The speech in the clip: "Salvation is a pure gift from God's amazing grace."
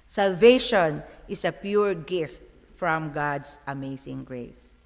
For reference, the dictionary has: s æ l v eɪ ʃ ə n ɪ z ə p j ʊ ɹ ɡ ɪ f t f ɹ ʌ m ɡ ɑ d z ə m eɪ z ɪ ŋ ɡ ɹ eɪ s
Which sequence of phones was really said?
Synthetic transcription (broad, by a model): s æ l v eɪ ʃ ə n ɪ s ə p j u ɹ ɡ ɪ f t f ɹ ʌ m ɡ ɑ d s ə m eɪ s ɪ ŋ ɡ ɹ eɪ s